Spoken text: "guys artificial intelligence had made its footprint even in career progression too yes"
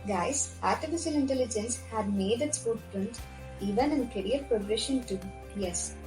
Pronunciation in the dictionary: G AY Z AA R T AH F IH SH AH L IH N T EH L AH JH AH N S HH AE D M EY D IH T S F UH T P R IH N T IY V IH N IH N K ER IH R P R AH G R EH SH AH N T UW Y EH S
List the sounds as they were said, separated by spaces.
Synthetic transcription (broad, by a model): G AY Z AA R T AH F IH SH AH L IH N T EH L AH JH AH N S HH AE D M EY D IH T S P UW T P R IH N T IY V IH N IH N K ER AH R P R AH G R EH SH AH N T UW Y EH S